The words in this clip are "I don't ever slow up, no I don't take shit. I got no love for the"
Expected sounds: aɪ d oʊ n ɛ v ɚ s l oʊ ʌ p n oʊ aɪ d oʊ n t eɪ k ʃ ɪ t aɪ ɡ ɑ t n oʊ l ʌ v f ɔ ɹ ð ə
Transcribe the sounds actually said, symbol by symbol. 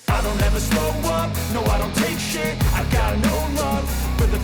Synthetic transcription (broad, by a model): aɪ d oʊ n ɛ v ɚ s oʊ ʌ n n oʊ aɪ d oʊ n t eɪ k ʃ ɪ aɪ ɡ ɑ t n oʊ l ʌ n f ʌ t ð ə